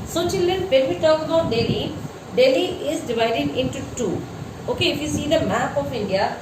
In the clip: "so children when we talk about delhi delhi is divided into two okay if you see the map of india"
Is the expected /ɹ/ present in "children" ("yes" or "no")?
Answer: no